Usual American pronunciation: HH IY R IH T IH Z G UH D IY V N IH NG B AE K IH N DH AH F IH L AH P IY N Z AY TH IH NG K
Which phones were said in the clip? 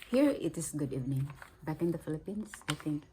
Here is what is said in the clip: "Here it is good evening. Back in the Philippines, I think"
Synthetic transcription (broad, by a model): HH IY R IH T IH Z G UH D IY V N IH NG B AE K IH N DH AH F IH L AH P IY N S AY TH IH NG K